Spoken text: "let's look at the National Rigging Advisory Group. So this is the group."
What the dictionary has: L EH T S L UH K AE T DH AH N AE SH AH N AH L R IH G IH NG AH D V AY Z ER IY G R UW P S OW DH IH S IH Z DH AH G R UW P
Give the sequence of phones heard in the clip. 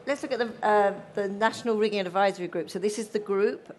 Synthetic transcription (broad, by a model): L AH T S L UH K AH T DH AH N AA SH AH N AH L R IH G IH NG AH D V AY Z ER IY G R UW P S OW DH IH S IH Z DH AH G R UW P